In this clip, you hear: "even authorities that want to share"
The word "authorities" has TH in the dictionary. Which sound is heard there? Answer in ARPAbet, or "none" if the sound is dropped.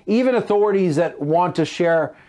TH